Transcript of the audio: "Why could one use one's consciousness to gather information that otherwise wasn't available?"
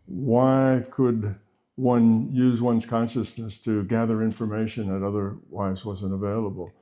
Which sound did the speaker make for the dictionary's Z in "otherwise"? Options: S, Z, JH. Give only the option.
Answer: Z